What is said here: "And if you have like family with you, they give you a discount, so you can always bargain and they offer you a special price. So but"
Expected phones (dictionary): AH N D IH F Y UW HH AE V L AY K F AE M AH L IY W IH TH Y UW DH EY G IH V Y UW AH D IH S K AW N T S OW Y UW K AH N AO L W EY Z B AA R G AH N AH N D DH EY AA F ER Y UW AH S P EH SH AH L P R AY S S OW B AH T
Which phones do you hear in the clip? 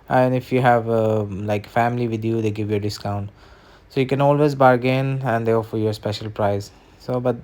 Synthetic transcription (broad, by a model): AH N IH F Y UW HH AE V L AY K F AE M AH L IY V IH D Y UW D EY G IH V Y UW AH D IH S K AW N T S OW Y UW K AH N AO L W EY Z B AA R G AH N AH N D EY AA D Y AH S P EH SH AH L P R AY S S OW B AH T